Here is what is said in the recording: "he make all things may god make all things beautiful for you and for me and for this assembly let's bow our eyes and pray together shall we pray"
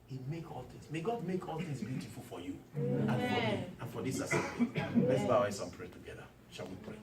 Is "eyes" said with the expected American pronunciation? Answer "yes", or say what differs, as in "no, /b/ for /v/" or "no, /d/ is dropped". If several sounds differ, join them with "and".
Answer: no, /s/ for /z/